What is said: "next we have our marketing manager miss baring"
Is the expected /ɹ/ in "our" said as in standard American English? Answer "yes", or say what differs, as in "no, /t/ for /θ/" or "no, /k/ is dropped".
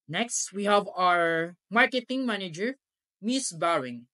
yes